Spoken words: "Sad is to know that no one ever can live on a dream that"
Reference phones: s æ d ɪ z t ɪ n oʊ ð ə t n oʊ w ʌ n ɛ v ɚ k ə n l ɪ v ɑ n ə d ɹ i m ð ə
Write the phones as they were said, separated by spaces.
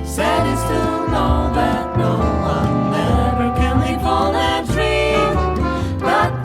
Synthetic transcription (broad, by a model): s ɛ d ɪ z t ɪ n oʊ ð ə t n oʊ w ʌ n ɛ v ɚ k ə n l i f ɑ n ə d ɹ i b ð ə